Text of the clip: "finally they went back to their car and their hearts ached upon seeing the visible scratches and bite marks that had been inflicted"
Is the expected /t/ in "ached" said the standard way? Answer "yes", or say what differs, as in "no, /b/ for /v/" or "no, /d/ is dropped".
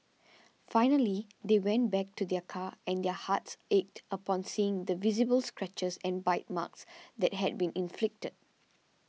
yes